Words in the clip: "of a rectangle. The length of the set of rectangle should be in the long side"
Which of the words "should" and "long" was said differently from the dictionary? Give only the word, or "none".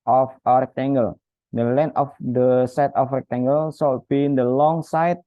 should